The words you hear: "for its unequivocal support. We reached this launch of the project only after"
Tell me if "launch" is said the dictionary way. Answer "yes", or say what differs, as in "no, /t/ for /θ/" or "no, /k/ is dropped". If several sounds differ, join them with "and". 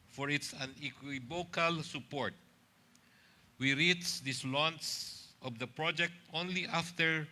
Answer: no, /s/ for /tʃ/